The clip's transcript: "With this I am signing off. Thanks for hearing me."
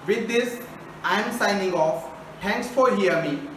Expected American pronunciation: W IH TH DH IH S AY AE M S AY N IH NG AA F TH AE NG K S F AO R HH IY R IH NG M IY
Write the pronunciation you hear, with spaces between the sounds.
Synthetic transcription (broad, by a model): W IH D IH S AY M S AY N IH NG AA F T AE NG K S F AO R HH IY IH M IY